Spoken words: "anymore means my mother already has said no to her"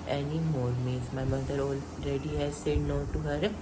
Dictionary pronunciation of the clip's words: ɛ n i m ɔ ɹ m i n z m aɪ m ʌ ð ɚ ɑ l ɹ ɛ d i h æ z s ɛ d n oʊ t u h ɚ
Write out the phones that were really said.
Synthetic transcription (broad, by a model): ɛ n i m ɔ ɹ m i z m aɪ m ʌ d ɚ ɑ l ɹ ɛ d i h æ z s ɛ d n oʊ t u h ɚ